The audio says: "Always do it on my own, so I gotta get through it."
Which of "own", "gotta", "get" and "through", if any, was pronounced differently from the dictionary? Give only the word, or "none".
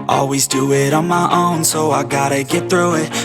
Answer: none